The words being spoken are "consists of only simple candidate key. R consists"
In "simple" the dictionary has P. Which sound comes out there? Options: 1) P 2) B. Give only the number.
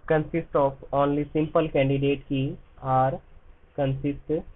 1